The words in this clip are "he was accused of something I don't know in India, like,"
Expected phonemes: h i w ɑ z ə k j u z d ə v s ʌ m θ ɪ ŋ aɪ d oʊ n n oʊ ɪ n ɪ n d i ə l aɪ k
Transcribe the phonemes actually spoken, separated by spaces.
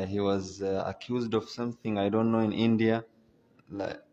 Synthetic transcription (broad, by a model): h i w ɑ z ə k j u z d ə v s ʌ m θ ɪ ŋ aɪ d oʊ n n oʊ ɪ n ɪ n d i ə l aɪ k